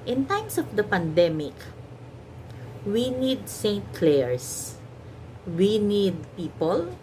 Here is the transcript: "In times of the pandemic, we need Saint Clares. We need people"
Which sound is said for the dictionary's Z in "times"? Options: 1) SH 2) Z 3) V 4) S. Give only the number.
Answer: 4